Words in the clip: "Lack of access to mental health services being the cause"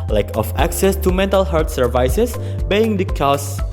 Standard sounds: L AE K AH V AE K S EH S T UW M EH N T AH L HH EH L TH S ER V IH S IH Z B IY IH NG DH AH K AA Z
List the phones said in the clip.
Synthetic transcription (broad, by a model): L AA K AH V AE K S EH S T UW M EH N T AH L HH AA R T S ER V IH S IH S B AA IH NG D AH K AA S